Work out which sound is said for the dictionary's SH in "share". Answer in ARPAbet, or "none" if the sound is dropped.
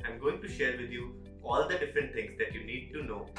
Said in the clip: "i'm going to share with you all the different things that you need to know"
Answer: SH